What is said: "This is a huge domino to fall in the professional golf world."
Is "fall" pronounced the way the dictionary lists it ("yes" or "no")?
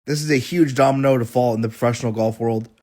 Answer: yes